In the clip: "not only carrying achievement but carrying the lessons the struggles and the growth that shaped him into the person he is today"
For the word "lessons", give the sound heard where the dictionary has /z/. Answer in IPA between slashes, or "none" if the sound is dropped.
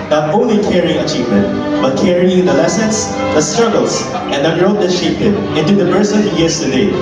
/s/